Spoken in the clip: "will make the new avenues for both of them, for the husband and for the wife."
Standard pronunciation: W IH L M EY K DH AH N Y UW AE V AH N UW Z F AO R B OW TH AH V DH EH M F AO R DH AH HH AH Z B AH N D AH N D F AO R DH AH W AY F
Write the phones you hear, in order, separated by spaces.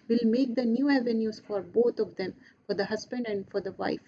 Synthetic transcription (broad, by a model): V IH L M EY K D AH N Y UW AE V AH N UW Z F AO R B OW T AH V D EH M F AO R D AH HH AH Z B AH N D AH N D F AO R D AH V AY F